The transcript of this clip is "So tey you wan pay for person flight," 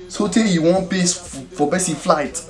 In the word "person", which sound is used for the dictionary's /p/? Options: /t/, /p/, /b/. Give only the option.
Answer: /b/